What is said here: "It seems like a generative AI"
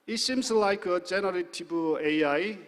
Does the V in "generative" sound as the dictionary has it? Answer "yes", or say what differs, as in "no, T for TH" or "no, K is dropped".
no, B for V